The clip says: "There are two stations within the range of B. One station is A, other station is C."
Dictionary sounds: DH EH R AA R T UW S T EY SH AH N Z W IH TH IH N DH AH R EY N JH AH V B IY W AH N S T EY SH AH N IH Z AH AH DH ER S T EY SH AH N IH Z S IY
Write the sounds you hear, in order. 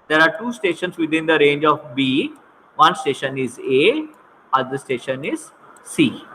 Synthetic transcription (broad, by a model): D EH R AA R T UW S T EY SH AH N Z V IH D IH N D AH R EY N JH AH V B IY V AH N S T EY SH AH N IH Z AH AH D ER S T EY SH AH N IH Z S IY